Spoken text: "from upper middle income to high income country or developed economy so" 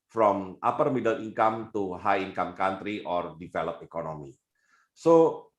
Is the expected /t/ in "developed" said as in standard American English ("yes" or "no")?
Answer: no